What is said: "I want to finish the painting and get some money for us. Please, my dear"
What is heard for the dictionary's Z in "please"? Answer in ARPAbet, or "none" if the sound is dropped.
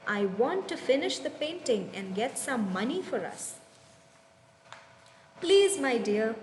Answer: Z